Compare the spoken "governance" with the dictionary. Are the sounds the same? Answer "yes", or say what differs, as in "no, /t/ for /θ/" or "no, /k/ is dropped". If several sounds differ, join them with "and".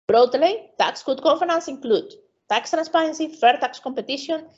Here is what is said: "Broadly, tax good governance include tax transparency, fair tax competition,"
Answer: no, /f/ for /v/ and /n/ is dropped